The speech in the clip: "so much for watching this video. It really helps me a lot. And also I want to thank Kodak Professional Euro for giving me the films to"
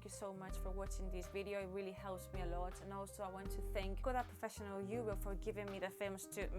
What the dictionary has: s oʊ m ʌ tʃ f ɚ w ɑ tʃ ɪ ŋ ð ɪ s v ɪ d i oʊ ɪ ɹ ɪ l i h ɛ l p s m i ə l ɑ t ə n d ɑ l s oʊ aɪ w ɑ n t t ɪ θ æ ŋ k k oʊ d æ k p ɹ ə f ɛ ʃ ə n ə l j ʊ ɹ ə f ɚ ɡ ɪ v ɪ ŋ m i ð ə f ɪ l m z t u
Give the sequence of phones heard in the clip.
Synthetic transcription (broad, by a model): s oʊ m ʌ tʃ f ɚ w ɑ tʃ ɪ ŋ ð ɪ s v ɪ d i oʊ ɪ ɹ ɪ l i h ɛ l p s m i ə l ɑ t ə n ɑ l s oʊ aɪ w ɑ n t t ɪ θ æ ŋ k k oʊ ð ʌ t p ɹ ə f ɛ ʃ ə n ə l j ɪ w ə f ɚ ɡ ɪ v ɪ ŋ m i ð ə f ɪ m s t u